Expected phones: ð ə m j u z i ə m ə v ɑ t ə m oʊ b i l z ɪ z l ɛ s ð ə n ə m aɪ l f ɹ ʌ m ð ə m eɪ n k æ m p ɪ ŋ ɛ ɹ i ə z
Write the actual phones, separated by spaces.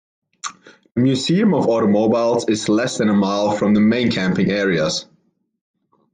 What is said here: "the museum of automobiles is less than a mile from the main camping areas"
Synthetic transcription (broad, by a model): ð ə m j u z i ə m ə v ɑ t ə m oʊ b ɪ l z ɪ z l ɛ s ð ə n ə m aɪ l f ɹ ʌ m ð ə m eɪ n k æ m p ɪ ŋ ɛ ɹ i ə z